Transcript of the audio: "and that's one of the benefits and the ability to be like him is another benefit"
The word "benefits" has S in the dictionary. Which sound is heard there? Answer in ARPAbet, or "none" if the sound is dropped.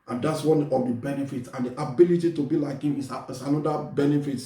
none